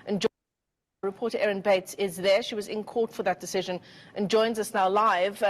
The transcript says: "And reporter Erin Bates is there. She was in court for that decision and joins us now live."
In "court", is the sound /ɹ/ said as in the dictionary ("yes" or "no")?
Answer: yes